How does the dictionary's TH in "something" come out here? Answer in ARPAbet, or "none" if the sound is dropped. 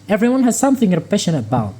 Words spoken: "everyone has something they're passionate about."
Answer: TH